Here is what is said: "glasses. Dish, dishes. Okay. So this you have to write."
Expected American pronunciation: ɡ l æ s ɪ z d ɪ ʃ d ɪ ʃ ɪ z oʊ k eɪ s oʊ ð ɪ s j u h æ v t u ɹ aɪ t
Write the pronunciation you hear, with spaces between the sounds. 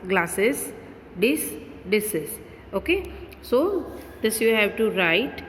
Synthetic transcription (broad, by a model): ɡ l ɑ s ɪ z d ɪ s d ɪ s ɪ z oʊ k eɪ s oʊ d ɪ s j u h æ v t u ɹ aɪ t